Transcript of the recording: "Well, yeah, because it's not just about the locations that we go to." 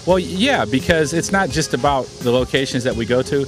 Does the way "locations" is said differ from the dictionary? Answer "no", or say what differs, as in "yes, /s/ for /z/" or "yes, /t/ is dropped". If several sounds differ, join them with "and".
no